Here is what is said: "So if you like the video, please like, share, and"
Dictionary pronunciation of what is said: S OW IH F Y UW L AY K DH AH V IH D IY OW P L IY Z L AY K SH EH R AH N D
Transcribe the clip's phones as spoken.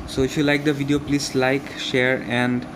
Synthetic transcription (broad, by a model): S OW IH F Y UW L AY K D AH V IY D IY OW P L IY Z L AY K SH EH R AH N D